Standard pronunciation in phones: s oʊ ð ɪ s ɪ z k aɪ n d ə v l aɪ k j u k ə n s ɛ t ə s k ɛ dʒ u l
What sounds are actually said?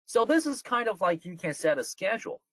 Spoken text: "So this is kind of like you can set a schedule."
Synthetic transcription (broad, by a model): s oʊ ð ɪ s ɪ z k aɪ n d ə v l aɪ k j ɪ k ə n s ɛ t ə s k ɛ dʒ l